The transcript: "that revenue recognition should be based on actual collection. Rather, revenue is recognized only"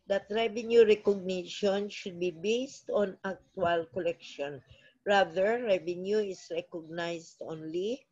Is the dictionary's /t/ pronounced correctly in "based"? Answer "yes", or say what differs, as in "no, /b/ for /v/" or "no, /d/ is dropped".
yes